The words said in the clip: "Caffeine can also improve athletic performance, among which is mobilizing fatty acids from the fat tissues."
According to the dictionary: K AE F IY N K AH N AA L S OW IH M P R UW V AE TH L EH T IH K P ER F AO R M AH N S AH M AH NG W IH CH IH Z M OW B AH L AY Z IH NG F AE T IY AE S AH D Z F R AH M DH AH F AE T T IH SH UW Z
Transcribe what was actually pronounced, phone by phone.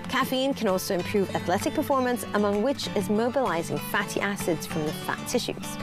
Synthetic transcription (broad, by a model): K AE F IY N K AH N AA L S OW IH M P R UW V AE TH L EH T IH K P ER F AO R M AH N S AH M AH NG W IH CH IH Z M OW B AH L AY Z IH NG F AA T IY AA S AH D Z F R AH M DH AH F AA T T IH SH UW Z